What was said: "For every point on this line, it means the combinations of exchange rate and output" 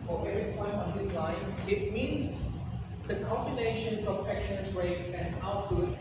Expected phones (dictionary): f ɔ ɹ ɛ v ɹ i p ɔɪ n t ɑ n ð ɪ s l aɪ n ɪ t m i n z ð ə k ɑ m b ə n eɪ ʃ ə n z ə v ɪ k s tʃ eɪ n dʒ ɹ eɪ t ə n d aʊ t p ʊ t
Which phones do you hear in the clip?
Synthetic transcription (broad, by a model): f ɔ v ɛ ɹ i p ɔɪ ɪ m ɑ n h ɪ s l aɪ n ɪ t m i n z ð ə k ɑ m b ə n eɪ ʃ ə n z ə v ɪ k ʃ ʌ n z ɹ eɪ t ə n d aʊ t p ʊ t